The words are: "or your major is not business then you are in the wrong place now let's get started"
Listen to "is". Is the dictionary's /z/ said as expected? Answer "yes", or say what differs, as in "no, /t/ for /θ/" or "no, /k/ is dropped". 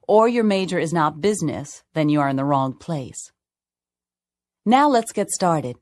yes